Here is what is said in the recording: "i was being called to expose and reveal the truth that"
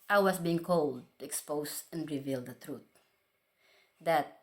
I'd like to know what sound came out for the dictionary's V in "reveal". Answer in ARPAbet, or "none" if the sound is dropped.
V